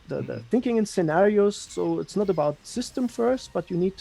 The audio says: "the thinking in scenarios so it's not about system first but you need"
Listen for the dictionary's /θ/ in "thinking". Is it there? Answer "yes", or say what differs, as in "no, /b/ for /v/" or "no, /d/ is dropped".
yes